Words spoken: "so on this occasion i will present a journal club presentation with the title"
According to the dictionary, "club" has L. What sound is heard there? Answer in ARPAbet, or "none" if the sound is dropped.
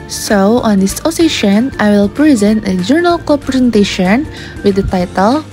none